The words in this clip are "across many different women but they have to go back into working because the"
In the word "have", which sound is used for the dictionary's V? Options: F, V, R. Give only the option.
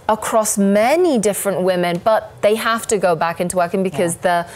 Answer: F